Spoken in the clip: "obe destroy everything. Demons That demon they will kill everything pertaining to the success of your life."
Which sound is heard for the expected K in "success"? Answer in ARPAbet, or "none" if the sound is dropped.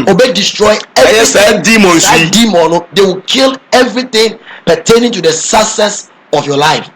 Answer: none